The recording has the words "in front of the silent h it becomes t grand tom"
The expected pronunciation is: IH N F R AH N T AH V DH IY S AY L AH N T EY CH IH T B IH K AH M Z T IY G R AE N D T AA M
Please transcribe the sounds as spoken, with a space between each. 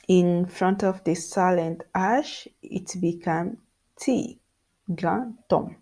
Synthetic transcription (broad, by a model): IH N F R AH N T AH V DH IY S AY L AH N T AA SH IH T B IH K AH M T IY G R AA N T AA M